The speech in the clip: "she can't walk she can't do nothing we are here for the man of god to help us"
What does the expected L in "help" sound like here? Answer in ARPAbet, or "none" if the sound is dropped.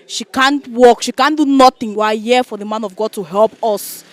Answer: L